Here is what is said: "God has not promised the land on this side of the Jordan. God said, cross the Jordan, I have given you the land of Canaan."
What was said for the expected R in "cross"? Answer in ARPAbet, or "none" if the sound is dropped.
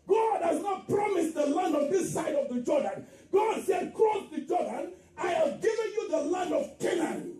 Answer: none